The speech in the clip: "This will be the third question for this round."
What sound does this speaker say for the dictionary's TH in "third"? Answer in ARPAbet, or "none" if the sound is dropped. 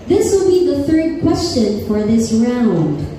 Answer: TH